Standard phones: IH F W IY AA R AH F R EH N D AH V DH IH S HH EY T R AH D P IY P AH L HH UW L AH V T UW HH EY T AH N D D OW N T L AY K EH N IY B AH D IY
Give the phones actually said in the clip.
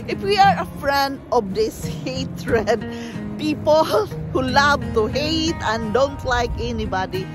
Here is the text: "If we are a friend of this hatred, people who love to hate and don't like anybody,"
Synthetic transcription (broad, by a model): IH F W IY AA R AH F R EH N D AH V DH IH S HH EY T R AH D P IY P AH L HH UW L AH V T UW HH EY T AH N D D OW N T L AY K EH N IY B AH D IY